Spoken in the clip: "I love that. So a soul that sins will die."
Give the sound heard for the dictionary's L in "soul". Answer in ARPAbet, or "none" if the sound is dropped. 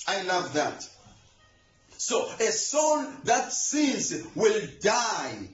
N